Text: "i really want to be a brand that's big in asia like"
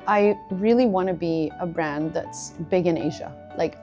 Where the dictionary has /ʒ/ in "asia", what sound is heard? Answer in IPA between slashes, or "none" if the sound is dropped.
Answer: /ʒ/